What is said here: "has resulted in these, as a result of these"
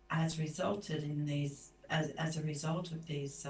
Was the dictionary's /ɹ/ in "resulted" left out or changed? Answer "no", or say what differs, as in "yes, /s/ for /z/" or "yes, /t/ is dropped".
no